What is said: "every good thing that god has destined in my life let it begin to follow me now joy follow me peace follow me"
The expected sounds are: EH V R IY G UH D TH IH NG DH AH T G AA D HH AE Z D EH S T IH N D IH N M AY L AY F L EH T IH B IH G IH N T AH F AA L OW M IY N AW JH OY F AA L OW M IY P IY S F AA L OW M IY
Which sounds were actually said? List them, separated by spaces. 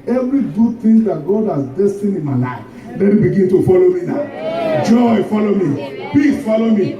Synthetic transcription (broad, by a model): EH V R IY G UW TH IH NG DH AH T G AA D HH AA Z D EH S T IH N IH N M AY N AY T L EH T IH B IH G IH N T AH F AA L OW M IY N AW JH OY F AA L OW M IY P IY F AA L OW M IY